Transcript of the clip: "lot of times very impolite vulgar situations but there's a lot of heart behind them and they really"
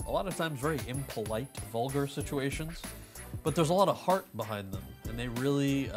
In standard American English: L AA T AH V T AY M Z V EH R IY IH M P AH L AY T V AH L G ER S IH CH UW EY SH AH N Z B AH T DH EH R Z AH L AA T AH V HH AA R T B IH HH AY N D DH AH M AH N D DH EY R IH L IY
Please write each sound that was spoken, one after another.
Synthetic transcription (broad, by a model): L AA T AH V T AY M Z V EH R IY IH M P AH L AY T V AH L G ER S IH CH UW EY SH AH N Z B AH T DH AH R Z AH L AA T AH V HH AA R T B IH HH AY N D DH AH M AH N DH EY R IH L IY